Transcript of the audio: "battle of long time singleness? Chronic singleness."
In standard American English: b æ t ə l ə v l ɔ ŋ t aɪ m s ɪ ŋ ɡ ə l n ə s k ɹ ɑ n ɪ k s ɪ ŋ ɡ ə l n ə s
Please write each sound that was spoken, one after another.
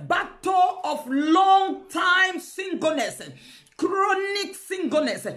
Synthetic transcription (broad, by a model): b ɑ t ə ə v l ɔ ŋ t aɪ m s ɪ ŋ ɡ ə n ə s k ɹ ɑ n ɪ k s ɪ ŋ ɡ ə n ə s